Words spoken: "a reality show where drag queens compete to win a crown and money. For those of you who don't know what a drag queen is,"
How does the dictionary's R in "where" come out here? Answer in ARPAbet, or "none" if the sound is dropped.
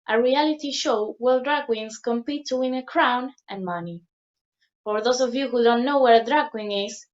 L